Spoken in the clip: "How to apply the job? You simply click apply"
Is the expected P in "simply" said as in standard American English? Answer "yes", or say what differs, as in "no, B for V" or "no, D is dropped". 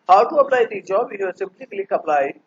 no, B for P